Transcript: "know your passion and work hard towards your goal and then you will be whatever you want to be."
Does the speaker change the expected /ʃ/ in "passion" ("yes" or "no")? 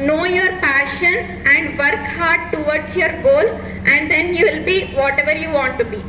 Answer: no